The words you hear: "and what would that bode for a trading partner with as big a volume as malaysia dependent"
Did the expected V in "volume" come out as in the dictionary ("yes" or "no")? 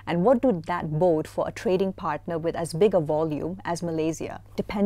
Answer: yes